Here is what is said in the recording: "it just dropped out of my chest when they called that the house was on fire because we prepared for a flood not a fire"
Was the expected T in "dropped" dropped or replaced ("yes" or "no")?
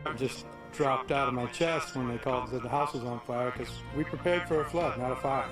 no